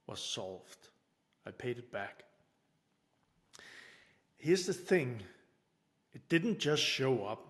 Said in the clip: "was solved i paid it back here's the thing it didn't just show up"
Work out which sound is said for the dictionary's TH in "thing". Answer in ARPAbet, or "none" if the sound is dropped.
TH